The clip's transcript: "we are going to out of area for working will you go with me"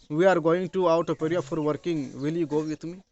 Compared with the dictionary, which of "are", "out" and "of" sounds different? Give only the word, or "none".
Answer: of